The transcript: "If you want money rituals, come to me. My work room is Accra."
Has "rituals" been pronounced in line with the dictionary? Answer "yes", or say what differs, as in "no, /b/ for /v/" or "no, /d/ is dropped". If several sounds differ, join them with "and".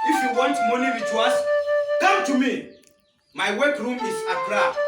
no, /w/ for /ɹ/